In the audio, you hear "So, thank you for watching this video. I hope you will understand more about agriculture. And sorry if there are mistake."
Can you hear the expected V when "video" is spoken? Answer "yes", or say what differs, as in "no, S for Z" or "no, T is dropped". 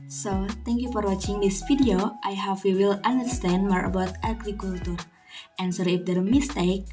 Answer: no, F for V